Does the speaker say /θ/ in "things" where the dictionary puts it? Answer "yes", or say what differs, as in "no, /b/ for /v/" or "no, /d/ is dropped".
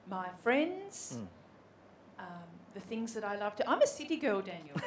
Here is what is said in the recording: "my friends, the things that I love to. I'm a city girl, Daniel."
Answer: yes